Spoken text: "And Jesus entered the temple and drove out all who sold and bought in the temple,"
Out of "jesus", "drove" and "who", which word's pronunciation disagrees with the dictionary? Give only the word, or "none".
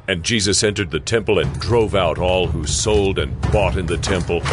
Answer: none